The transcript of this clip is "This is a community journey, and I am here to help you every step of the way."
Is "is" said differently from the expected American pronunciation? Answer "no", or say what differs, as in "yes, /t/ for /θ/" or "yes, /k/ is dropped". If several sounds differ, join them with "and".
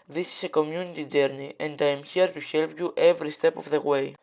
yes, /s/ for /z/